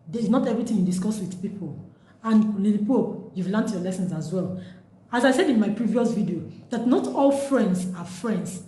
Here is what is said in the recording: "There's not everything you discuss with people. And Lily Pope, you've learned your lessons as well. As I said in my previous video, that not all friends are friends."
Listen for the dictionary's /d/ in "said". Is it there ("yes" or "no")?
yes